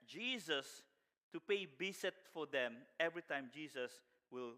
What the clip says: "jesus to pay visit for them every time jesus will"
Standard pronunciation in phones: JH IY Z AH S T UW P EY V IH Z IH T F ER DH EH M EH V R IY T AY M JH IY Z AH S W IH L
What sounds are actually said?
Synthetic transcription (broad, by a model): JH IY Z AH S T UW P EY B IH S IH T F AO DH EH M EH V R IY T AY M JH IY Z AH S W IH L